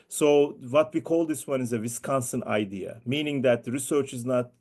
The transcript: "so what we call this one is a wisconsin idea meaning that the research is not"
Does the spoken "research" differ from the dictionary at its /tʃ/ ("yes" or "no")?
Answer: no